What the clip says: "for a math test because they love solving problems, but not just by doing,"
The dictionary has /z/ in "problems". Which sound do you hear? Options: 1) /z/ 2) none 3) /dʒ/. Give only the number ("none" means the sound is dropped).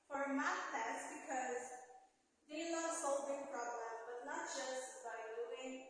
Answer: 2